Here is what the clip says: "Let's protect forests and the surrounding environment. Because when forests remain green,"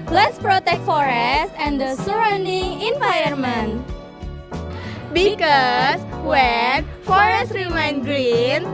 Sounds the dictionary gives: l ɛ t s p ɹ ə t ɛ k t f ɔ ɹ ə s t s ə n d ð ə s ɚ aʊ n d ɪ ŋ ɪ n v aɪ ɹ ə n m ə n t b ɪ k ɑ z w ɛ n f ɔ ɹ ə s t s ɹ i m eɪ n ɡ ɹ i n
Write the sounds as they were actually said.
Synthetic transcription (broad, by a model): l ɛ t s p ɹ ə t ɛ k t f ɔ ɹ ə s t ə n d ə s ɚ aʊ n d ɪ ŋ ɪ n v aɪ ə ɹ m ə n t b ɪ k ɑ s w ɛ n f ɔ ɹ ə s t ɹ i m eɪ n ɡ ɹ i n